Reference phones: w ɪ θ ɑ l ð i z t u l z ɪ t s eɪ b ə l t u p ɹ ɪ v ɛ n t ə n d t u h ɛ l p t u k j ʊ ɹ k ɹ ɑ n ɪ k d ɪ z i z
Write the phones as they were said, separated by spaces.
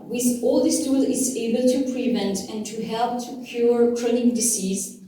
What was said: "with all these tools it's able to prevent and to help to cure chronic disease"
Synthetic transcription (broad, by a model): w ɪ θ ɑ l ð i s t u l ɪ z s eɪ b ə l t u p ɹ ɪ v ɛ n t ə n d t u h ɛ l p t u k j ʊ ɹ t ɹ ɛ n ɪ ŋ d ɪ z i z